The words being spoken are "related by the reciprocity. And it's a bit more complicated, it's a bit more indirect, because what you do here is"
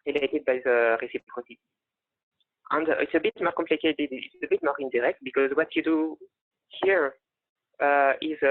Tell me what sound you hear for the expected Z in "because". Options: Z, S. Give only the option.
Z